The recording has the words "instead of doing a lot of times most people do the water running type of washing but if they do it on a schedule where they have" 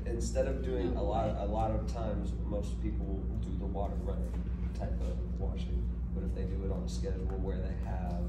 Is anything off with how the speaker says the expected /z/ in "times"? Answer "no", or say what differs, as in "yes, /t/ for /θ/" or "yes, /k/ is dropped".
no